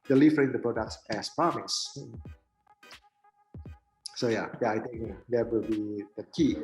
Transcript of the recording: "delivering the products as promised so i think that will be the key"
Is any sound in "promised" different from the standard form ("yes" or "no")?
yes